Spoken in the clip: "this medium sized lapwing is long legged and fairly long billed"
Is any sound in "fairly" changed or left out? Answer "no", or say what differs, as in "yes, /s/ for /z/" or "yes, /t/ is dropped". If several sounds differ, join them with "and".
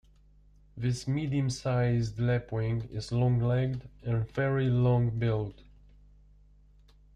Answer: yes, /l/ is dropped